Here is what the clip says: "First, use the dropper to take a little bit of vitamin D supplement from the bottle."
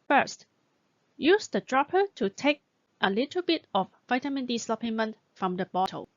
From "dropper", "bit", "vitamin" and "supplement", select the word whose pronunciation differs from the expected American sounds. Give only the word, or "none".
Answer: supplement